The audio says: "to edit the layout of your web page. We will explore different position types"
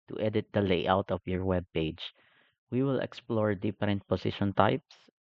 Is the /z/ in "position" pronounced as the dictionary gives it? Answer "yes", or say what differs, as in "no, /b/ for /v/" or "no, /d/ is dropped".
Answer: no, /s/ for /z/